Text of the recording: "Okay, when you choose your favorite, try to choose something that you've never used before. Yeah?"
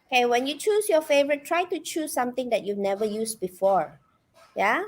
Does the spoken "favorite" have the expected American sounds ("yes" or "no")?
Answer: yes